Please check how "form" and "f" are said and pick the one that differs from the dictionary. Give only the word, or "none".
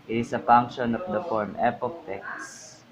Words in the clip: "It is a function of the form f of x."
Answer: f